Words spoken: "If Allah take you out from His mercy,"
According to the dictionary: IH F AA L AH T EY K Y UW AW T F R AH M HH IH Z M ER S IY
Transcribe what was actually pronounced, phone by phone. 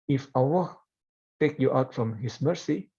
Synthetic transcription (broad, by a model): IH F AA W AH T EY K Y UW AW T F R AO M HH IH S M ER S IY